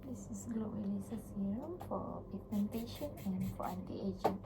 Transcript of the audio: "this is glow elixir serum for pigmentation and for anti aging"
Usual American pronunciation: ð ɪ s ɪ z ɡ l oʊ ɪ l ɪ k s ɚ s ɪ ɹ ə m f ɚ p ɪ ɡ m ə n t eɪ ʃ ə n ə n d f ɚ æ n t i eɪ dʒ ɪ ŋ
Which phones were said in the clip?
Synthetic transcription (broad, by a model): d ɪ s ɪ s ɡ l oʊ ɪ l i s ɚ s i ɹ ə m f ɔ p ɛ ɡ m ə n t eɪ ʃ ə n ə n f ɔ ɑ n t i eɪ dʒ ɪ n